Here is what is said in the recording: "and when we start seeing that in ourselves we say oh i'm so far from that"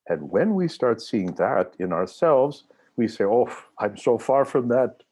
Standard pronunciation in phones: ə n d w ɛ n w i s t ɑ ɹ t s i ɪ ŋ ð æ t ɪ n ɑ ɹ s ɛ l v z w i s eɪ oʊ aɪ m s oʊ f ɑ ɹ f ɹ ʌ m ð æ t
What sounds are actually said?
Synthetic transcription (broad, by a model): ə n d w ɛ n w i s t ɑ ɹ t s i ɪ ŋ ð æ t ɪ n ɑ ɹ s ɛ l v z w i s eɪ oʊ aɪ m s oʊ f ɑ ɹ f ɹ ʌ m ð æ t